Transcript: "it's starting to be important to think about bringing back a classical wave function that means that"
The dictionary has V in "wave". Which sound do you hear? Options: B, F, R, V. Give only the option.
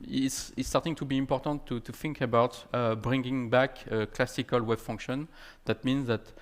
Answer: B